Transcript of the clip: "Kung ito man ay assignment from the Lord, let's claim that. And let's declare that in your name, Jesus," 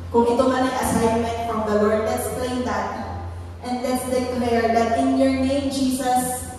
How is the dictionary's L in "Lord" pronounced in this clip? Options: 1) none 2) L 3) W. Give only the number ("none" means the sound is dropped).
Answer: 3